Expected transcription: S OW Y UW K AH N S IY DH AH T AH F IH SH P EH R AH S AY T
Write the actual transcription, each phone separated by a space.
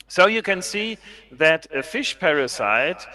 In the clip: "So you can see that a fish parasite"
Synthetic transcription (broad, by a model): S OW Y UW K AH N S IY DH AH T AH F IH SH P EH R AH S AY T